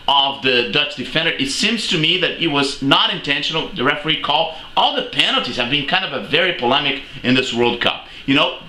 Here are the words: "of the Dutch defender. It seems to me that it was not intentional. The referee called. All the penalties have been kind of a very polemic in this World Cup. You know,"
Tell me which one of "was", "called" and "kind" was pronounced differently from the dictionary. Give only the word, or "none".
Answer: called